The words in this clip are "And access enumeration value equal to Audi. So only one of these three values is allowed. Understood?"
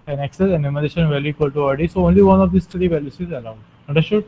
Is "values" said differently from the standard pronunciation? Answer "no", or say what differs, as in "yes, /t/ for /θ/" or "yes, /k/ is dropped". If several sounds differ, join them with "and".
yes, /s/ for /z/